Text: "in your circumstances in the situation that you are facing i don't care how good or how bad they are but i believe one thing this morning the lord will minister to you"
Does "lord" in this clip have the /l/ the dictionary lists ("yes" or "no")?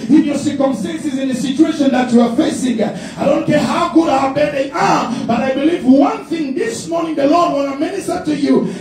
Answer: yes